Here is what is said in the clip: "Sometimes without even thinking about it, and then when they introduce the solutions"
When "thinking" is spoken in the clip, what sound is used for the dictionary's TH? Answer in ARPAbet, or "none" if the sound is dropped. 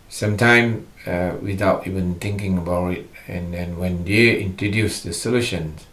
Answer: T